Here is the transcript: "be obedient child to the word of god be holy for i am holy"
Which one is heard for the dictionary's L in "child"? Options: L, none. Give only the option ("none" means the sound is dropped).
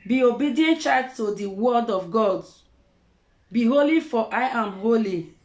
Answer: none